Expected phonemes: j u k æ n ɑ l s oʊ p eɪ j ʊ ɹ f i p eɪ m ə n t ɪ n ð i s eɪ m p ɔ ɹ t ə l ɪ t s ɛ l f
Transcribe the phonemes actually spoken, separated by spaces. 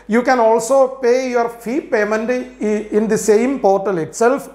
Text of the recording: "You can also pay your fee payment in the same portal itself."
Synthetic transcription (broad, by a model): j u k æ n ɑ l s oʊ p eɪ j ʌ ɹ f i p eɪ m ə n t ɪ n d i s eɪ m p ɔ ɹ t ə l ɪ t s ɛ l f